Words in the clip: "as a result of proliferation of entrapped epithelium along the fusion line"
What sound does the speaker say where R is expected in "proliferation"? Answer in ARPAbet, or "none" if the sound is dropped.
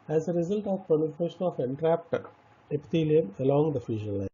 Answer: none